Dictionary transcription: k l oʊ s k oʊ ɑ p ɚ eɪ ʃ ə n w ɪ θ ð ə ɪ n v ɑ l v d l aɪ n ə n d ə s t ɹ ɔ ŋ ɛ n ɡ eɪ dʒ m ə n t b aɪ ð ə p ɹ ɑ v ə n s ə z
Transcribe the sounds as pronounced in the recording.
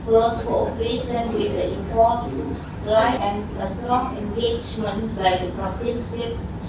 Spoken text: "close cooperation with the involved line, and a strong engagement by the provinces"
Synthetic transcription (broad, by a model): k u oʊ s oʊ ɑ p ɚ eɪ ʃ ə n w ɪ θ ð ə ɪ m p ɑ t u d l aɪ ə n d ə s t ɹ ɔ ŋ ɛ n ɡ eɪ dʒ m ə n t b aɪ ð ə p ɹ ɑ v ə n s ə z